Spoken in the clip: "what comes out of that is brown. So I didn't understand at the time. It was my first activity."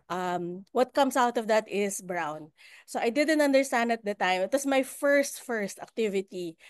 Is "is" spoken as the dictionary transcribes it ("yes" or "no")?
no